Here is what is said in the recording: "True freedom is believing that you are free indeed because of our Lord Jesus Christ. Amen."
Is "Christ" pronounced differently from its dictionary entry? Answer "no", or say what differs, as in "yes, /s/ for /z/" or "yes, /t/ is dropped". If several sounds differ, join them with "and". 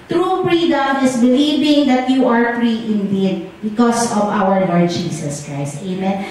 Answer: no